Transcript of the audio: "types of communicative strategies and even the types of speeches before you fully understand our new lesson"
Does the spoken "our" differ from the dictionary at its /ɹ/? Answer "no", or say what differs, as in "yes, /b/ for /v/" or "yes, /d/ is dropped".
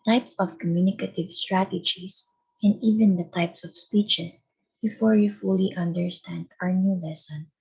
no